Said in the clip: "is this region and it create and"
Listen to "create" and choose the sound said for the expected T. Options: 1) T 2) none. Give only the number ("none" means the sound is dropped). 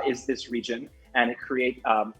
2